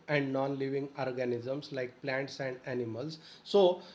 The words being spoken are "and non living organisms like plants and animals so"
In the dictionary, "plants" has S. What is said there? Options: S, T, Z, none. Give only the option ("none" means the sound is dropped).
S